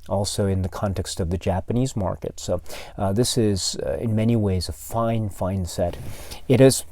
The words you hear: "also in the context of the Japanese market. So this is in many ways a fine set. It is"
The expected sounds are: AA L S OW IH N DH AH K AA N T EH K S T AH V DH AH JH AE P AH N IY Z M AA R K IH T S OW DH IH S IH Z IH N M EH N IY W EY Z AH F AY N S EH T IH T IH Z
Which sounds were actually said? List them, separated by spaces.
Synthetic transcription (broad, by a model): AA L S OW IH N DH AH K AA N T EH K S T AH V DH AH JH AE P AH N IY Z M AA R K IH T S OW DH IH S IH Z IH N M EH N IY W EY Z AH F AY N S EH T IH T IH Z